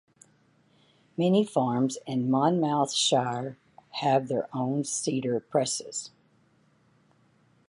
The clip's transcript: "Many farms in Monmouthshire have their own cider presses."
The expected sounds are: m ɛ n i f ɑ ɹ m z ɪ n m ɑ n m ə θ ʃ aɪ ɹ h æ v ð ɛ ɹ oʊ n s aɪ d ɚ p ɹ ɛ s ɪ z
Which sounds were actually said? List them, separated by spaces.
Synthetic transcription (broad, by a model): m ɛ n i f ɑ ɹ m z ɪ n m ɑ n m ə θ ʃ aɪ ɹ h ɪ v ð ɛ ɹ oʊ n s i d ɚ p ɹ ɛ s ɪ z